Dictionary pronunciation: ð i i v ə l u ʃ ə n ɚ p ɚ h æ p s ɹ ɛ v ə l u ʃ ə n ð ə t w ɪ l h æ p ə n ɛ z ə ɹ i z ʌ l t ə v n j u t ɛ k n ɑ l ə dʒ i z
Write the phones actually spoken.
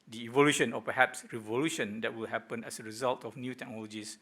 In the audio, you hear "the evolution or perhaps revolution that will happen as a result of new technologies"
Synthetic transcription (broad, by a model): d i i v ə l u ʃ ə n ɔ p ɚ h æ p s ɹ ɛ v ə l u ʃ ə n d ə t w ɪ l h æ p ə n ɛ s ə ɹ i z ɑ l t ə f n j u t ɛ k n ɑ l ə dʒ i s